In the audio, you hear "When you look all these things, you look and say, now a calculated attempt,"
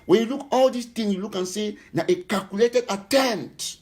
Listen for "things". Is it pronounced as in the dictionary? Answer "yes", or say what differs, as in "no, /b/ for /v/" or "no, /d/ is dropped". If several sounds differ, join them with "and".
no, /z/ is dropped